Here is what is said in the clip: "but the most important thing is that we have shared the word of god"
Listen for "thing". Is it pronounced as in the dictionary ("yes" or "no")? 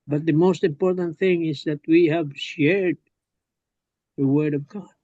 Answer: yes